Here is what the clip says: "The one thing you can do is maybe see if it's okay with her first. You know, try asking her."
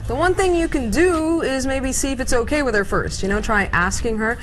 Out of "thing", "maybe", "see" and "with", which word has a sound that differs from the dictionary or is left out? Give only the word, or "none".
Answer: none